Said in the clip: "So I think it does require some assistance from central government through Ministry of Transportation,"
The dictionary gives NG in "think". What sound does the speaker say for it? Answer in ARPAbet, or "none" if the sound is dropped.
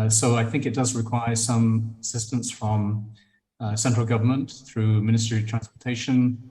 NG